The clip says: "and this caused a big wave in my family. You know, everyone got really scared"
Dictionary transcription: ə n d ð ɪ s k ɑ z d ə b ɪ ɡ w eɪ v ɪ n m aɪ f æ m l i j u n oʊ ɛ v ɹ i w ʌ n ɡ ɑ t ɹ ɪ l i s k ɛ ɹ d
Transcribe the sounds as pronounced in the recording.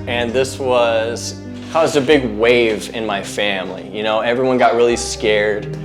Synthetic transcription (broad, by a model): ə n ð ɪ s k ɑ z d ə b ɪ ɡ w eɪ v ɪ n m aɪ f æ m l i j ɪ n oʊ ɛ v ɹ i w ʌ n ɡ ɑ t ɹ ɪ l i s k ɛ ɹ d